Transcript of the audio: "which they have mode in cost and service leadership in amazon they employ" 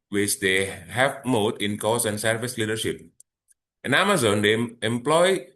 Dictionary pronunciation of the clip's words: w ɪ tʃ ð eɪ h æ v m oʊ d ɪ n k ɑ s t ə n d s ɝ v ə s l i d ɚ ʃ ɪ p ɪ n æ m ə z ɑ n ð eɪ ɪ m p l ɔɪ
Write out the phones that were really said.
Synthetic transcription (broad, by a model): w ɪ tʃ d eɪ h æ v m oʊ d ɪ n k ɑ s ə n d s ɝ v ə s l i d ɚ ʃ ɪ p ɪ n æ m ə z ɑ n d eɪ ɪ m p l ɔɪ